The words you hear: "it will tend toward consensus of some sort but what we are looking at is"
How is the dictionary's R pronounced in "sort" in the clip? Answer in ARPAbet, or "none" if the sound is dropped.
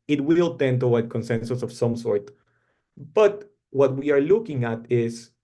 R